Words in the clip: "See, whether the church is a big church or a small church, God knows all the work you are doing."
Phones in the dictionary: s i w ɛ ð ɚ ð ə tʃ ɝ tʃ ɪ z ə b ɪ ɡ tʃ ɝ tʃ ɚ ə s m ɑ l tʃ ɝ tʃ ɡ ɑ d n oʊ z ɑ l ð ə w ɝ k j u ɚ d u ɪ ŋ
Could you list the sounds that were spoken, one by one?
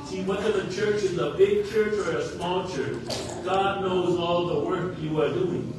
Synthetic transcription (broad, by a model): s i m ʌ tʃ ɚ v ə tʃ ɝ tʃ ɪ z ə b ɪ ɡ tʃ ɝ tʃ ɚ ə s m ɑ l tʃ ɝ tʃ ɡ ɑ d n oʊ z ɑ l ð ə w ɝ k j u ɚ d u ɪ ŋ